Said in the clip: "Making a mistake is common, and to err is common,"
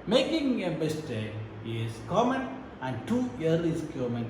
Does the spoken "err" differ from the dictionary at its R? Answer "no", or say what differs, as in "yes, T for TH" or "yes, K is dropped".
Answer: yes, L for R